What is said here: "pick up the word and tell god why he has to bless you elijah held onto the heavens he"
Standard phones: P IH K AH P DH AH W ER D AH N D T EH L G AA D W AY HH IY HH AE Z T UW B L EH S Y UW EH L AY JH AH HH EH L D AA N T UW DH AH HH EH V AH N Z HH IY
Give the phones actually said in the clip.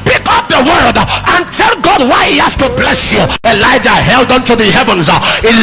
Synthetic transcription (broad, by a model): P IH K AH P DH AH W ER D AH N T EH L G AA D W AY HH IY HH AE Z T UW B L EH S Y UW EH L AY JH AH HH EH L D AA N T UW DH AH HH EH V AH N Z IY